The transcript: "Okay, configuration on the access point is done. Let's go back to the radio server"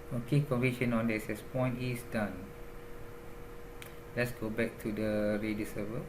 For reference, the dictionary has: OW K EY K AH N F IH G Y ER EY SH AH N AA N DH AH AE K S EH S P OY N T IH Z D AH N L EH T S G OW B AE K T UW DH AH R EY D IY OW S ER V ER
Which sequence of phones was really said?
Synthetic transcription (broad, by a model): OW K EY K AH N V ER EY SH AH N AA N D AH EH S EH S P OY N T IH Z D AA N L EH T S G OW B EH K T UW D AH R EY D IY S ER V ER